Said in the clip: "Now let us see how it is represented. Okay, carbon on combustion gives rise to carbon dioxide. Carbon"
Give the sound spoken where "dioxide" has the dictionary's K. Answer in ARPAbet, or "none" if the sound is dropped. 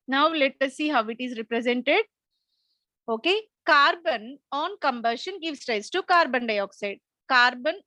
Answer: K